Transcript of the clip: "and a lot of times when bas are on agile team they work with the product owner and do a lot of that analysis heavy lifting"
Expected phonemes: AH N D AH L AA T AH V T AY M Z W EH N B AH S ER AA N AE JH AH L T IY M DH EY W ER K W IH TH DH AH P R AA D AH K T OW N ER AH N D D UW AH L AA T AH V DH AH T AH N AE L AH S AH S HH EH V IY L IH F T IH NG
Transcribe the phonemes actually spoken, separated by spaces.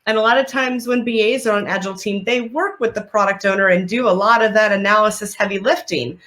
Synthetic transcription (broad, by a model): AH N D AH L AA T AH V T AY M Z W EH N B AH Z ER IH N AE JH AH L T IY M DH EY W ER K W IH DH AH P R AA D AH K T OW N ER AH N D D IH AH L AA T AH V DH AH T AH N AE L AH S AH S HH EH V IY L IH F T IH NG